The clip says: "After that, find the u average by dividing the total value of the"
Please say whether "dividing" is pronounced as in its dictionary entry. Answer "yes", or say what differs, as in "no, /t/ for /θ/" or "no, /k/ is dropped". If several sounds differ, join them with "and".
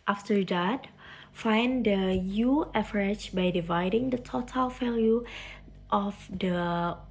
yes